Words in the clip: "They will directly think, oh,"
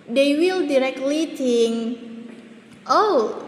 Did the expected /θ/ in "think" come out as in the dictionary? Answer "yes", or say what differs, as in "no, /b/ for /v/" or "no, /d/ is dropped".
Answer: no, /t/ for /θ/